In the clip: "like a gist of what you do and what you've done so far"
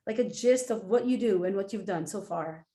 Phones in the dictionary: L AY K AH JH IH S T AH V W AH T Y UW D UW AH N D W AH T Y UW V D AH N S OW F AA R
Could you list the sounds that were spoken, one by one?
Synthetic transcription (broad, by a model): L AY K AH JH IH S T AH V W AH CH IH D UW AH N W AH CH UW V D AH N S OW F AA R